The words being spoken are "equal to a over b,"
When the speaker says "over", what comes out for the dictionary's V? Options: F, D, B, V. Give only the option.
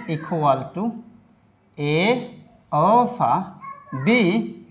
F